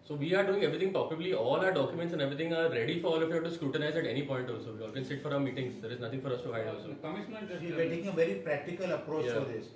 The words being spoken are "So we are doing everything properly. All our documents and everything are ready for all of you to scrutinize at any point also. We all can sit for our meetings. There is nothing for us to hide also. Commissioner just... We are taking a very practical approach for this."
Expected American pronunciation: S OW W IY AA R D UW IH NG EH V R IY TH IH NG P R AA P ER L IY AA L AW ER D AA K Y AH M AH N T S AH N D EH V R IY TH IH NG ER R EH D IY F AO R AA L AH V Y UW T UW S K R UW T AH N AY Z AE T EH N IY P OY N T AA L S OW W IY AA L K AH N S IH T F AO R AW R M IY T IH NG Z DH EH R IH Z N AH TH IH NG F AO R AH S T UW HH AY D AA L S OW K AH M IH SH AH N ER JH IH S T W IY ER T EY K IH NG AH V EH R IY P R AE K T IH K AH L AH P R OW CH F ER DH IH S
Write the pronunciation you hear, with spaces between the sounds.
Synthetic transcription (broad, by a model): S OW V IY AA R D UW IH NG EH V R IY T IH NG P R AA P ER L IY AA L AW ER D AA K Y AH M AH N T S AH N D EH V R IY T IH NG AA R EH D IY F AO R AA L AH F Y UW T UW S K R UW T AH N AY Z AE T EH N IY P OY N T AA L S OW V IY AA L K AH N S IH T F AO R AW R M IY T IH NG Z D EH R IH Z N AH T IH NG F AO R AH S T UW HH AY D AA L S OW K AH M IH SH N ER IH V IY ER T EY K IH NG AH V EH R IY P R AE K T IH K AH L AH P R OW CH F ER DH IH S